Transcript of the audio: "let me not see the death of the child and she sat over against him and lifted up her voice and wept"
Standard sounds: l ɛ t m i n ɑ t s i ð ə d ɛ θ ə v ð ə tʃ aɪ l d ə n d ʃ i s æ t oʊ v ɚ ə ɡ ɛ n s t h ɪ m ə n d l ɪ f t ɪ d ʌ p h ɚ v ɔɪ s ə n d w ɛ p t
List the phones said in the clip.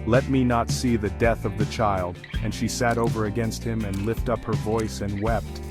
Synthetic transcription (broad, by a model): l ɛ t m i n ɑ t s i ð ə d ɛ θ ə v ð ə tʃ aɪ l d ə n ʃ i s æ t oʊ v ɚ ə ɡ ɛ n s t h ɪ m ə n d l ɪ f t ʌ p h ɚ v ɔɪ s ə n w ɛ p t